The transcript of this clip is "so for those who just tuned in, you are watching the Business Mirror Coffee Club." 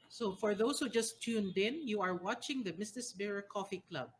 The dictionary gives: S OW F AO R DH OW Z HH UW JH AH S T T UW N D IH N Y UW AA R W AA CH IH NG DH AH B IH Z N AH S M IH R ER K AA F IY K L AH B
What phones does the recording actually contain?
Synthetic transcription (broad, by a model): S OW F AO R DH OW S HH UW JH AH S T T UW N D IH N Y UW AA R W AA CH IH NG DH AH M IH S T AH S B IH R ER K AA F IY K L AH B